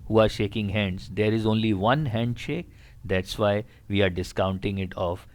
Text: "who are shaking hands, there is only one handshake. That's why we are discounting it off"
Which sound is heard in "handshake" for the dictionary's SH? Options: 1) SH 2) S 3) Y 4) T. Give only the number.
1